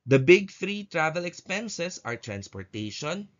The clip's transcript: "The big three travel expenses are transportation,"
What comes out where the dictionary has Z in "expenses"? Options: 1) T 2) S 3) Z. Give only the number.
2